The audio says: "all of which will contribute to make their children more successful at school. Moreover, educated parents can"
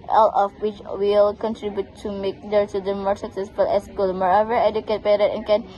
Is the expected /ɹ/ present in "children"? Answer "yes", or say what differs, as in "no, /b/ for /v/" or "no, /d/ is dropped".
no, /ɹ/ is dropped